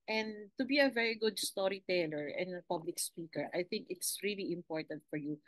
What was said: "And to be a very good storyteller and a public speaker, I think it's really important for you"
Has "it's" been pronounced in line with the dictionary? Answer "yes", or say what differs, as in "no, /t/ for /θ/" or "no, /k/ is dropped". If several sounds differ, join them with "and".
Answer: yes